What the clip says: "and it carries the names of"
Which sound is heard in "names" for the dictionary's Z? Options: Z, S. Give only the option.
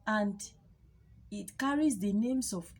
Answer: S